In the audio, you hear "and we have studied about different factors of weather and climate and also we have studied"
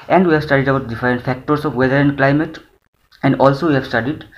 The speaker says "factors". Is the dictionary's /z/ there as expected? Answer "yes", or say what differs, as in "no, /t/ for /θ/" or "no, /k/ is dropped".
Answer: no, /s/ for /z/